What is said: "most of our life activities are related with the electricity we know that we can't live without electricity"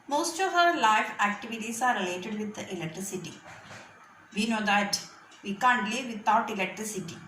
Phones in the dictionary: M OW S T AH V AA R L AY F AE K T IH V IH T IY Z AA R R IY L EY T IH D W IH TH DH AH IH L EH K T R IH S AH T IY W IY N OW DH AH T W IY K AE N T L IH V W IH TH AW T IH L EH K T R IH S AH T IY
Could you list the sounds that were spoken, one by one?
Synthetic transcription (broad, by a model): M OW S T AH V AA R L AY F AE K T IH V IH T IY S AA R R IY L EY T IH D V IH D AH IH L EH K T R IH S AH T IY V IY N OW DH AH T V IY K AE N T L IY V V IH T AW T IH L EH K T R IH S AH T IY